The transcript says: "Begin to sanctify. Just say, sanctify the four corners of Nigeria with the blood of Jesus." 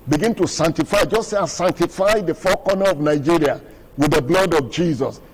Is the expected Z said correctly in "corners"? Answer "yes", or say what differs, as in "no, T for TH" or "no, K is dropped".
no, Z is dropped